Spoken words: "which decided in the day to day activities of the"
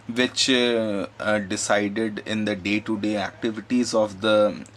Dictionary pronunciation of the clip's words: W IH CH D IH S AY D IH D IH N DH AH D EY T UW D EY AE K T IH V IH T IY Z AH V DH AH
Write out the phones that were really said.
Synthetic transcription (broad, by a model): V IH CH D IH S AY D IH D IH N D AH D EY T UW D EY AE K T IH V IH T IY Z AH V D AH